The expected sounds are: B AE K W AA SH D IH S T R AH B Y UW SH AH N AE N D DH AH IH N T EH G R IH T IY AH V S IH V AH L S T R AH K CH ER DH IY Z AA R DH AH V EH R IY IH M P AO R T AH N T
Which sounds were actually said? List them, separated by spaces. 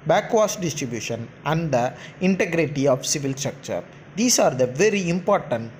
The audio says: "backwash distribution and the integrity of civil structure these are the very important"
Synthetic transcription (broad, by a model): B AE K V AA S D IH S T R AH B Y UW SH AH N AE N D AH IH N T EH G R IH T IY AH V S IH V AH L S T R AH K CH ER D IY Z AA R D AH V EH R IY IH M P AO R T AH N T